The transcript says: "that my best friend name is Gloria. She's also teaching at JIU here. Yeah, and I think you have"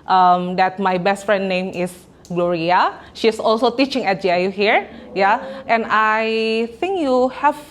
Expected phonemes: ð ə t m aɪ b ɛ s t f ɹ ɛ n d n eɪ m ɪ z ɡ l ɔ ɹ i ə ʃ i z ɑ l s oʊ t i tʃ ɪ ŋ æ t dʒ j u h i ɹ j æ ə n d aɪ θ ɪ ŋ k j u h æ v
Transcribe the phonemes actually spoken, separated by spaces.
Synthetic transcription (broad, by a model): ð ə t m aɪ b ɛ s t f ɹ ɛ n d n eɪ m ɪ s ɡ l ɔ ɹ i ə ʃ i s ɑ l s oʊ t i tʃ ɪ ŋ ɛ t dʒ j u h i ɹ j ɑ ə n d aɪ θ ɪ ŋ k j u h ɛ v